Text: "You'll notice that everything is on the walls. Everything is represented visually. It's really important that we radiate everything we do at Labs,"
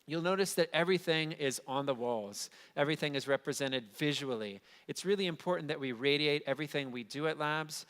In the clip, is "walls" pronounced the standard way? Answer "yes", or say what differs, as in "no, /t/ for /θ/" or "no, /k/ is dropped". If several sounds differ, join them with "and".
yes